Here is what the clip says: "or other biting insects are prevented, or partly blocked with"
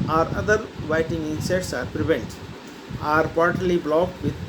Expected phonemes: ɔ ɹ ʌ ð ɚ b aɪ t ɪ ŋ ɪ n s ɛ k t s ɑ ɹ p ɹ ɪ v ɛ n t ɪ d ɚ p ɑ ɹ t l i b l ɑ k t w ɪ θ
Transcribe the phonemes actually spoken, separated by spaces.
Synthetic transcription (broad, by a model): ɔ ɹ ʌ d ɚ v aɪ t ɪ ŋ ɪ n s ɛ t s ɑ ɹ p ɹ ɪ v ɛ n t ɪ ɚ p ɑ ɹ t l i b l ɑ k t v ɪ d